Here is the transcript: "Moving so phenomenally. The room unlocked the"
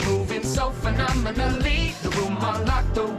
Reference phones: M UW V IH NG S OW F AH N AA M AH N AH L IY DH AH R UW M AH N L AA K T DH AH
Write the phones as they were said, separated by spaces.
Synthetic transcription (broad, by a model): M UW V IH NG S OW F AH N AA M AH N AH L IY DH AH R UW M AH L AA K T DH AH